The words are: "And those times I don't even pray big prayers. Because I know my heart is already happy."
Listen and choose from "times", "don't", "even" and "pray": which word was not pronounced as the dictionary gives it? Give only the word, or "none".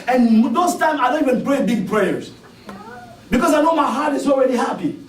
times